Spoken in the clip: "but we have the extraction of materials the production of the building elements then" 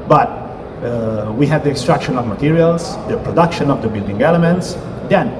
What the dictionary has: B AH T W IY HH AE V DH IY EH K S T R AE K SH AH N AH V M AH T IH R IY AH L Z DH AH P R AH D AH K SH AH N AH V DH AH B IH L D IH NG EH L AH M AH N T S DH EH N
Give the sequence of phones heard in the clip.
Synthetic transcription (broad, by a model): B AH T W IY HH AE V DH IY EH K S T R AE K SH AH N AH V M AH T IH R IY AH L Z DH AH P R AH D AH K SH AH N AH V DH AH B IH L D IH NG EH L AH M AH N T S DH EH N